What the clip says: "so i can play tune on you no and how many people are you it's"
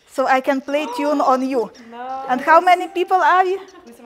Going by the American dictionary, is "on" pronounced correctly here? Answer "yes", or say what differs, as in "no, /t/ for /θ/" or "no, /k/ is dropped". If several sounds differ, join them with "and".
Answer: yes